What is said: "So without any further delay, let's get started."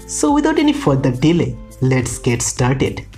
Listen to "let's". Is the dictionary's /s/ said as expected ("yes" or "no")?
yes